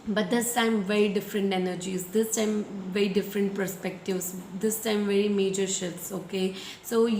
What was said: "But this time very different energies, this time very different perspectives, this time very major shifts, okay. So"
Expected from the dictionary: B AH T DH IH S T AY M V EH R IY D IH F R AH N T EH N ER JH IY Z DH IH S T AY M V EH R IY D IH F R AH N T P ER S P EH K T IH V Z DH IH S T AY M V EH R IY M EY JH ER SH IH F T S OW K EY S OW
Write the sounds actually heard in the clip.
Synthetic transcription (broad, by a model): B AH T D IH S T AY M V EH R IY D IH F R AH N T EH N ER JH IY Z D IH S T AY M V EH R IY D IH F R AH N T P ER S P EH K T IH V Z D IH S T AY M V EH R IY M EY JH ER SH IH T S OW K EY S OW